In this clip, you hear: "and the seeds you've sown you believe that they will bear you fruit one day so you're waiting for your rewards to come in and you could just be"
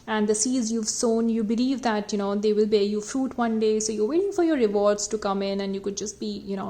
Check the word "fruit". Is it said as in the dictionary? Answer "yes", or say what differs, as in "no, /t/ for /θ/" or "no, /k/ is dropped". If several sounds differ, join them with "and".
yes